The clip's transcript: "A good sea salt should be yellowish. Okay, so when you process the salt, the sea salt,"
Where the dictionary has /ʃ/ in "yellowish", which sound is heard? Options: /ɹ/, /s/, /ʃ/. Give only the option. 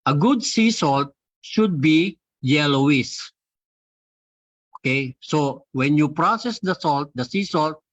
/s/